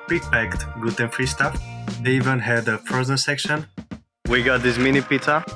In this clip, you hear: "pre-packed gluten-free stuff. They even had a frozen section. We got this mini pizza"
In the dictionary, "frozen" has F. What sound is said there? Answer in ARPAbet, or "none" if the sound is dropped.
P